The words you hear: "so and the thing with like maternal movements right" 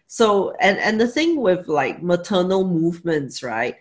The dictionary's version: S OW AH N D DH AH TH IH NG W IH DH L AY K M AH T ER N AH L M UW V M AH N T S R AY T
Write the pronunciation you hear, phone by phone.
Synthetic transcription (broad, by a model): S OW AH N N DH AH TH IH NG W IH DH L AY K M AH T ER N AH L M UW V M AH N T S R AY T